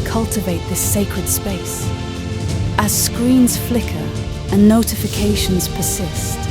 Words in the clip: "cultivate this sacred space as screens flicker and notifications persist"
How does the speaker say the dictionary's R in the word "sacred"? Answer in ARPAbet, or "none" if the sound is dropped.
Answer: R